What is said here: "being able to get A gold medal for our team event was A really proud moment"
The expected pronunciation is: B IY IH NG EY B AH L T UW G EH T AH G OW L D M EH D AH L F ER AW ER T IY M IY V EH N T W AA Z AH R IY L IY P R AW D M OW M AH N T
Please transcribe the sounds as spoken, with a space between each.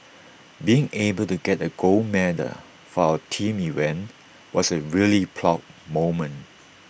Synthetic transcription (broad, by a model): B IY IH NG EY B AH L T UW G EH T AH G OW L M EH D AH F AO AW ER T IY M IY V EH N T W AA S AH R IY L IY P L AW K M OW M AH N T